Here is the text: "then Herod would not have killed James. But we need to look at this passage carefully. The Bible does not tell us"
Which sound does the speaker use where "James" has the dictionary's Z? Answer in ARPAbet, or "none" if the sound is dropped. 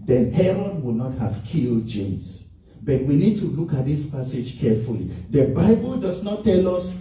S